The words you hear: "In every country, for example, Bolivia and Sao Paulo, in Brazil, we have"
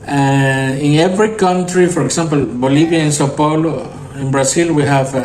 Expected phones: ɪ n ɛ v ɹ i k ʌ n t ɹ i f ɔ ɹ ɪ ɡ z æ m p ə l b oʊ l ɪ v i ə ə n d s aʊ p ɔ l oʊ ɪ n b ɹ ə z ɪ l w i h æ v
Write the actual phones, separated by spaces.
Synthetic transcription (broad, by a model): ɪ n ɛ v ɹ i k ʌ n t ɹ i f ɔ ɹ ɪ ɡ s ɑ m p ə l b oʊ l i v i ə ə n s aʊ p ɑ l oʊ ɪ n b ɹ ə s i l w i h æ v